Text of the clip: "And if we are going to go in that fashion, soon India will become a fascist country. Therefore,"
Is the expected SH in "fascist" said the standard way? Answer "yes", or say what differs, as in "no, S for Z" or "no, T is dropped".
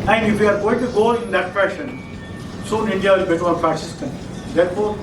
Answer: no, S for SH